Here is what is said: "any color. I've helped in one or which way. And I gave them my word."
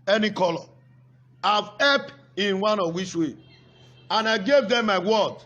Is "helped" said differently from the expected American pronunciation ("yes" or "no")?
yes